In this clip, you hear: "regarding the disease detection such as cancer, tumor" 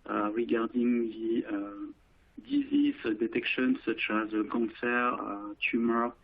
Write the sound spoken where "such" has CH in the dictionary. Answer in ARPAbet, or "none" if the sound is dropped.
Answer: CH